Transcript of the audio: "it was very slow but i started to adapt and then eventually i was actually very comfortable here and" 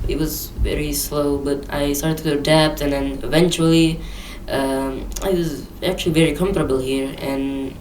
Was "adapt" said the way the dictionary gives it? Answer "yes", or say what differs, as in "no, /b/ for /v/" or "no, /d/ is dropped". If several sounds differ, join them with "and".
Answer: yes